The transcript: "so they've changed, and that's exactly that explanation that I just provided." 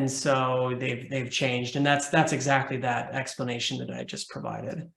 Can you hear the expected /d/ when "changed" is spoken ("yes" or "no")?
yes